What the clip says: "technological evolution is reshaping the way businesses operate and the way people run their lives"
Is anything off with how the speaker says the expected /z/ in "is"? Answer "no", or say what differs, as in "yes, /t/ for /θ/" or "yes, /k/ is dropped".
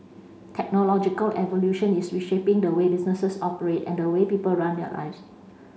yes, /s/ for /z/